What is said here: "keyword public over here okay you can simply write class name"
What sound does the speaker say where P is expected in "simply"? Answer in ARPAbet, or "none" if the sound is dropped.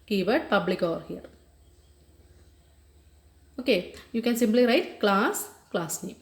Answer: P